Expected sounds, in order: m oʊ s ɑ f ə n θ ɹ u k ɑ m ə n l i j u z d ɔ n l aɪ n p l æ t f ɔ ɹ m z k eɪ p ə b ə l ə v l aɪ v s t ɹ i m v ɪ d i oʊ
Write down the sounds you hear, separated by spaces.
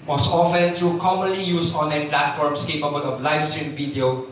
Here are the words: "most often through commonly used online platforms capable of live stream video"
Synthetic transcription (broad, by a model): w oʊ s ɑ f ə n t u k ɑ m ə n l i j u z ɔ n l aɪ n p l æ t f ɔ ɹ m s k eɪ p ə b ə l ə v l aɪ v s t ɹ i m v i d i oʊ